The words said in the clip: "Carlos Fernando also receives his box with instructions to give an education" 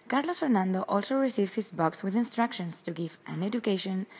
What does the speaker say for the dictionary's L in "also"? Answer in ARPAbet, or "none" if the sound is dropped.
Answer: L